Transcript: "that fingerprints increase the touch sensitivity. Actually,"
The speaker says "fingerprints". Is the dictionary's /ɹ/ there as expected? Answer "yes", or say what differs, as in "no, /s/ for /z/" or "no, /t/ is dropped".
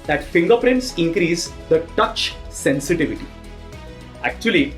yes